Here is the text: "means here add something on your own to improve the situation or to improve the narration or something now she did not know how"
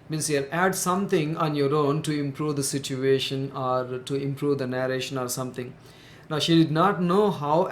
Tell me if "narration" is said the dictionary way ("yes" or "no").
yes